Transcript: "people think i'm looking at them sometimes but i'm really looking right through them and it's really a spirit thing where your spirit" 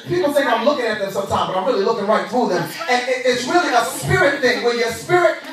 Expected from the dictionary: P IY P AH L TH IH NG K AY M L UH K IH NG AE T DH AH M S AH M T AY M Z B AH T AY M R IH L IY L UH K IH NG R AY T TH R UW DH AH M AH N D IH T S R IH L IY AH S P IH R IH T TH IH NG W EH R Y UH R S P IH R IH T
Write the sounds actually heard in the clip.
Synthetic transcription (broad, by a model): P IY P L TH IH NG AY M L UH K IH NG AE T DH AH M S AH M T AY M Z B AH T AY M R IH L IY L UH K IH NG R AY T TH R UW DH AH M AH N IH IH T S R IH L IY AH S P IH R IH T TH IH NG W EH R Y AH R S P IH R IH T